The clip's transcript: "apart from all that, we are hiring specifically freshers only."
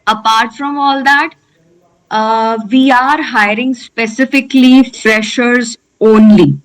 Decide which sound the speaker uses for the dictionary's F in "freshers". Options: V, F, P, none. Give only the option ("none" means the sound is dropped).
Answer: F